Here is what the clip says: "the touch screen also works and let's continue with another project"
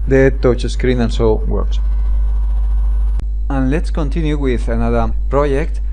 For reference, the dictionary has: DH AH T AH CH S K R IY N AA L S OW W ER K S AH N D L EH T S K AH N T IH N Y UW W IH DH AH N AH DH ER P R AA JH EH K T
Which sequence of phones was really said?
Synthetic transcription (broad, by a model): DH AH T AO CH S K R IY N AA N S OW W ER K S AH N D L EH T S K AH N T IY N Y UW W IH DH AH N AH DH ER P R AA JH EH K T